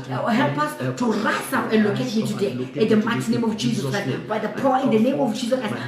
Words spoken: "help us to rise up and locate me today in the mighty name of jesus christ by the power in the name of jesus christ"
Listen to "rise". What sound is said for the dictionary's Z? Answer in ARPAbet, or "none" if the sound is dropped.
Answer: S